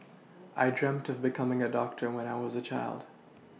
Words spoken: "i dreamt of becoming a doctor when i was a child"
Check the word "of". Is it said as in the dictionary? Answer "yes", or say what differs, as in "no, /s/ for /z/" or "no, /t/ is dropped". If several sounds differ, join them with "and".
yes